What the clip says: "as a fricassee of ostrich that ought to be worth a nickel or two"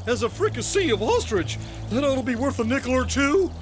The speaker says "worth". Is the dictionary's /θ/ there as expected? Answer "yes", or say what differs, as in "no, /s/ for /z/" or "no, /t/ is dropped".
yes